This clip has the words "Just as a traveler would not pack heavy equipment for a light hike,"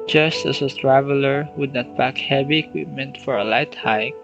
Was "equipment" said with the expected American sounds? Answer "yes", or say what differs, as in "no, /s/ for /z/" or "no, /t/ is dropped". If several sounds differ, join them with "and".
yes